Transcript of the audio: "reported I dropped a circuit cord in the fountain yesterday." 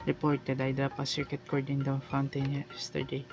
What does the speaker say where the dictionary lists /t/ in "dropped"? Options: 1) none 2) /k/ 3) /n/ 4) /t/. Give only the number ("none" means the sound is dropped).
1